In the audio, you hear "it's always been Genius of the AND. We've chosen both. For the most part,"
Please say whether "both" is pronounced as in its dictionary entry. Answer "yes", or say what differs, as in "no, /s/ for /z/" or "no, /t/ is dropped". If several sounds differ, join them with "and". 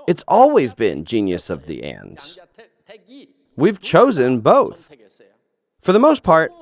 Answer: yes